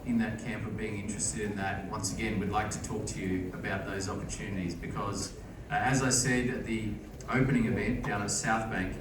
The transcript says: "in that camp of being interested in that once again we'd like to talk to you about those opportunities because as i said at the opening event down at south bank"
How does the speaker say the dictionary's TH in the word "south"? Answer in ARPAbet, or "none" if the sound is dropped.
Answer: TH